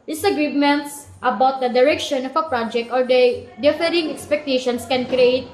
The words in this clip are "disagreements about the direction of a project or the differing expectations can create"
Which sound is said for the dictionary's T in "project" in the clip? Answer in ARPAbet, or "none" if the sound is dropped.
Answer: T